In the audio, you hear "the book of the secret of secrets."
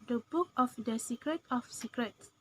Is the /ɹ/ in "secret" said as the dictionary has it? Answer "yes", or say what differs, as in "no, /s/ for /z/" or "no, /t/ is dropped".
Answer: yes